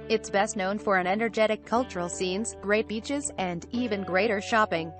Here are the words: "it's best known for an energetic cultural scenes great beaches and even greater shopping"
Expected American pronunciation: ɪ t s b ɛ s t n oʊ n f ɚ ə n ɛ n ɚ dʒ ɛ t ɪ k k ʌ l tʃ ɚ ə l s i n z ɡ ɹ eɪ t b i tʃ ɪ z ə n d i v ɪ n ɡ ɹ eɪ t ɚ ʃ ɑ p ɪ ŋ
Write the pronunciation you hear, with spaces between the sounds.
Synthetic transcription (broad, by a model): ɪ t s b ɛ s t n oʊ n f ɚ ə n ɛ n ɚ dʒ ɛ t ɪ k k ʌ l tʃ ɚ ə l s i n z ɡ ɹ eɪ t b i tʃ ɪ z ə n d i v ɪ n ɡ ɹ eɪ t ɚ ʃ ɑ p ɪ ŋ